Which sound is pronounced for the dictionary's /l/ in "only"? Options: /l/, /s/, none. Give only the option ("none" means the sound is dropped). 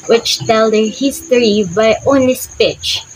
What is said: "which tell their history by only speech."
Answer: none